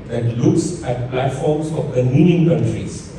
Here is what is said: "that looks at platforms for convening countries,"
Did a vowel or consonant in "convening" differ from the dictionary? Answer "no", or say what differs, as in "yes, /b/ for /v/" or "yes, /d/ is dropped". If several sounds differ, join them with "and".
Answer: yes, /v/ is dropped